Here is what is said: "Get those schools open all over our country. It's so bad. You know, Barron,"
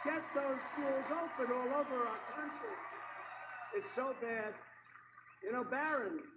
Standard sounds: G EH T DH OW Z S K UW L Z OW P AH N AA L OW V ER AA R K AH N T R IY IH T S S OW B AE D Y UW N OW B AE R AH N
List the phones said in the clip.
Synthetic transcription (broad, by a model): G EH T DH OW Z S K UW L Z OW P AH N AA L OW V ER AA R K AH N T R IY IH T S S OW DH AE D Y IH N OW B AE R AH N